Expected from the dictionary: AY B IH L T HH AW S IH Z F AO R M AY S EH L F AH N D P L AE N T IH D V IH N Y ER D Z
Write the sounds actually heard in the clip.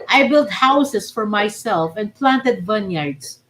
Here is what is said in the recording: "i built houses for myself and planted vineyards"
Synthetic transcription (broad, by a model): AY B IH L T HH AW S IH S F AO R M AY S EH L F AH N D P L AE N T IH D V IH N Y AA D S